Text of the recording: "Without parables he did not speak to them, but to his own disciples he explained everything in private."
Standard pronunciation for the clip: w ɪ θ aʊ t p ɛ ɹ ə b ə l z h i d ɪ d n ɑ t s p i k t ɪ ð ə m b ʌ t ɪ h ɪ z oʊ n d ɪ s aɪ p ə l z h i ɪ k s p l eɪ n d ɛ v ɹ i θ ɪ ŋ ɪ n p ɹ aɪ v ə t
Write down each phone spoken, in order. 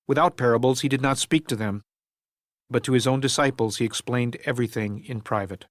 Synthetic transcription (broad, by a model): w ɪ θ aʊ t p ɛ ɹ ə b l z h i d ɪ d n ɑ t s p i k t ɪ ð ə m b ʌ t ɪ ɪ z oʊ n d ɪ s aɪ p l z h i ɪ k s p l eɪ n d ɛ v ɹ i θ ɪ ŋ ɪ n p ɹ aɪ v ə t